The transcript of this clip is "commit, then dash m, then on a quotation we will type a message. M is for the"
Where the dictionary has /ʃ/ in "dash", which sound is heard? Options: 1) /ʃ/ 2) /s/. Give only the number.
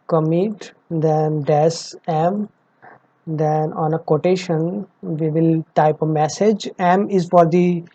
2